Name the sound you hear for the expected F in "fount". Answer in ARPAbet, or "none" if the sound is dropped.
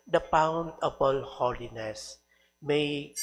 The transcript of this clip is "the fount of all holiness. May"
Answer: P